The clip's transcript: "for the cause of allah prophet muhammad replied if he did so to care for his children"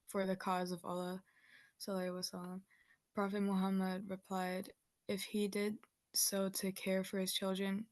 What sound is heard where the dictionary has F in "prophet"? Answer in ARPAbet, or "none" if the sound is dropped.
F